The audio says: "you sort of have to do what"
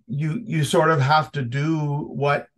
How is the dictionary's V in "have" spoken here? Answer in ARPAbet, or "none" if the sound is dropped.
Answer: F